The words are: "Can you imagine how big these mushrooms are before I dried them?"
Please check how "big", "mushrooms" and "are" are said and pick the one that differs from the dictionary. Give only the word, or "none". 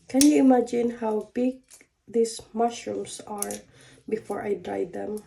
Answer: mushrooms